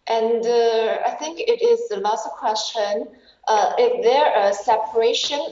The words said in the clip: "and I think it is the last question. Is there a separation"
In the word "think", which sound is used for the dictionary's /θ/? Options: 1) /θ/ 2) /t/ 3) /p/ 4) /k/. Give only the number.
1